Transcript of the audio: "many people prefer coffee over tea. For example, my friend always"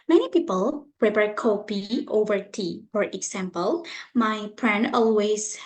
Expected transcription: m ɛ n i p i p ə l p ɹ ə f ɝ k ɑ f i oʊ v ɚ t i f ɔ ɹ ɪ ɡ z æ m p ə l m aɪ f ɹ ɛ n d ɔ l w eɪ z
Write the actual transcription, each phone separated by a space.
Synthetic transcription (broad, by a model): m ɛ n i p i p ə l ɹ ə p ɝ k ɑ p i oʊ v ɚ t i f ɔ ɹ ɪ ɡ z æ m p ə l m aɪ p ɹ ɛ n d ɔ l w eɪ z